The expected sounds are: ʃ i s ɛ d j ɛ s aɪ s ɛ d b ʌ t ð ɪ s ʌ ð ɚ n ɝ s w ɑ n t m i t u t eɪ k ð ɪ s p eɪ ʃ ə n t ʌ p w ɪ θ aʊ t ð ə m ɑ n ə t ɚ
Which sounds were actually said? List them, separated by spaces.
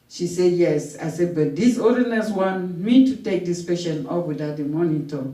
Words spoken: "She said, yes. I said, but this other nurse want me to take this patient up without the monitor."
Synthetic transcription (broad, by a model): ʃ i s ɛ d j ɛ s aɪ s ɛ d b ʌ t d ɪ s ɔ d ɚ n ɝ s w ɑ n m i t u t eɪ k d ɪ s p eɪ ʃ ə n ɔ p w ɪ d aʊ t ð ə m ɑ n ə t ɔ